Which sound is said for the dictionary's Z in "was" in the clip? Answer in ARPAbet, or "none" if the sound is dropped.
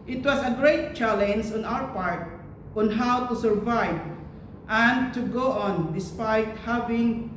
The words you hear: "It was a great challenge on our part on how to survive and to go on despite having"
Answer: S